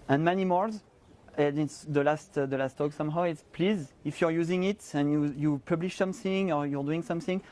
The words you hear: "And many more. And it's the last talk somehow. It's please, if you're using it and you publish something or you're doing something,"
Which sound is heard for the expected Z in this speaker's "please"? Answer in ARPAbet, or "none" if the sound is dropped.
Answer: Z